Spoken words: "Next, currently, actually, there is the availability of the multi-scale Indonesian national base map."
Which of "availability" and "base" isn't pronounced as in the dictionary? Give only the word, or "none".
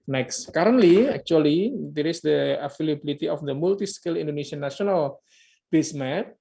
availability